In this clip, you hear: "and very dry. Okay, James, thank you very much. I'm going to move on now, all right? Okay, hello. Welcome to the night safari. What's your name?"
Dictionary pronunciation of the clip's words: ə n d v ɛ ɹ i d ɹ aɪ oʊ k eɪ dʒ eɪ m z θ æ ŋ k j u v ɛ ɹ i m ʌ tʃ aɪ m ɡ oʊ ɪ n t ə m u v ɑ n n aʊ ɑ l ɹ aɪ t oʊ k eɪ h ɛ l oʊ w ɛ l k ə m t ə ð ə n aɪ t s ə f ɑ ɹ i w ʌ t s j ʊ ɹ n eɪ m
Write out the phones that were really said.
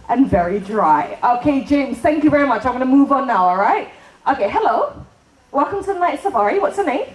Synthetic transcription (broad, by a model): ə n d v ɛ ɹ i d ɹ aɪ oʊ k eɪ dʒ eɪ m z θ æ ŋ k j u v ɛ ɹ i m ʌ tʃ aɪ m ɡ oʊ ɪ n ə m u v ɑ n n aʊ ɑ l ɹ aɪ t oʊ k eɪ h ɛ l oʊ w ɛ l k ə m t ə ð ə n aɪ t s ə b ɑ ɹ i w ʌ t s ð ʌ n eɪ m